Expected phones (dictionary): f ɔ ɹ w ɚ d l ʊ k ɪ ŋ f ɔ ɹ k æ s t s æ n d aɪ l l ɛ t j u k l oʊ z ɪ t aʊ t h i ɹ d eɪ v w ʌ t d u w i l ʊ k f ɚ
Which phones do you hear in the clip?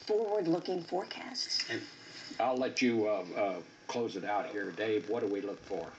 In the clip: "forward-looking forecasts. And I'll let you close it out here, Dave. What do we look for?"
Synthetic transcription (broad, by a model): f ɔ ɹ w ɚ d l ʊ k ɪ ŋ f ɔ ɹ k æ s t s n aɪ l l ɛ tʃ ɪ k l oʊ z ɪ t aʊ t h i ɹ d eɪ v w ʌ t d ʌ w i l ʊ k f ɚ